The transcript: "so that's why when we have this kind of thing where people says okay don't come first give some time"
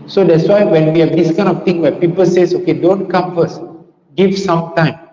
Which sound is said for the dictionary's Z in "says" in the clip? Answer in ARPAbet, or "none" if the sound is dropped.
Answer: S